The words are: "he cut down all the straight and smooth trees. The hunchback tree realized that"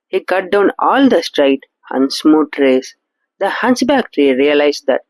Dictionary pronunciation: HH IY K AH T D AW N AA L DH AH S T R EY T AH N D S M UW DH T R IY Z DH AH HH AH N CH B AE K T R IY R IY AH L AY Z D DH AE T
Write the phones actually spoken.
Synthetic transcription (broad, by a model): HH IY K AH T D AW N AA L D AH S T R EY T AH N S M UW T R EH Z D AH HH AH N S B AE K T R IY R IY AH L AY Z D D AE T